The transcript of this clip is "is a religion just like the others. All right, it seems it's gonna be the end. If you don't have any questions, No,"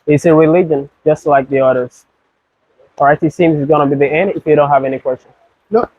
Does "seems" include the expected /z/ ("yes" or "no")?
yes